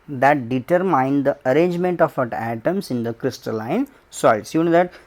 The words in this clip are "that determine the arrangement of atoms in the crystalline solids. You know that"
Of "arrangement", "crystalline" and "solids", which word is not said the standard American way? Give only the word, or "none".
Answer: solids